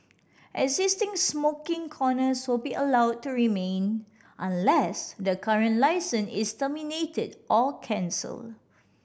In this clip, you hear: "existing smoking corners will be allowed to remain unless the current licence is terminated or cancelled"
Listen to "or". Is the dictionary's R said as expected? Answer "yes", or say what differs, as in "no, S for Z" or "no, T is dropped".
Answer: no, L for R